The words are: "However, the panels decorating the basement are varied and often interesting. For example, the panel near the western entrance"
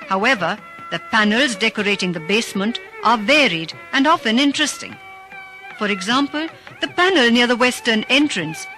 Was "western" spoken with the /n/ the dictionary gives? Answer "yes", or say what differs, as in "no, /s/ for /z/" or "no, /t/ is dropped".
yes